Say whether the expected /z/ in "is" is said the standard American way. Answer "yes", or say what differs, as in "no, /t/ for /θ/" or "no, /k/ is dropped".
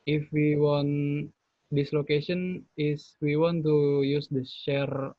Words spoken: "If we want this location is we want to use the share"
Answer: no, /s/ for /z/